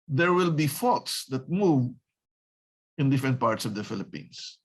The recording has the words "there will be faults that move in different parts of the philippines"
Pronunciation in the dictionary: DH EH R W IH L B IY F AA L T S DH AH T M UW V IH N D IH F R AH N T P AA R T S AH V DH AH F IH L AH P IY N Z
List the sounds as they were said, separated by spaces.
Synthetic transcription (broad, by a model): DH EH R W IH L B IY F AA T S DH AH T M UW V IH N D IH F R AH N T P AA R T S AH V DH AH F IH L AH P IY N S